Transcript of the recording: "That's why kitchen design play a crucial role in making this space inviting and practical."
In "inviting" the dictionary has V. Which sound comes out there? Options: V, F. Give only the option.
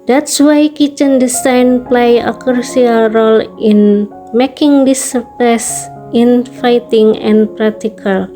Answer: F